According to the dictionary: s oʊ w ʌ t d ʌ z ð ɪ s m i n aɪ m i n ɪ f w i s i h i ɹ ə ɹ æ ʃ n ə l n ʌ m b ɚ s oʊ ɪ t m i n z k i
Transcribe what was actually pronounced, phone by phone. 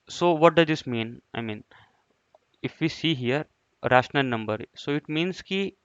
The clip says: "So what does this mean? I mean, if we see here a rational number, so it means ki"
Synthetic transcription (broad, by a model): s oʊ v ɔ t d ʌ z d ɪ s m i n aɪ m i n ɪ f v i s i h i ɹ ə ɹ æ ʃ n ə l n ʌ m b ɚ s oʊ ɪ t m i n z k i